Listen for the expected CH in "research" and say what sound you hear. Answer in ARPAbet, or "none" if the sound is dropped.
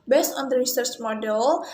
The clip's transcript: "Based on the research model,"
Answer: S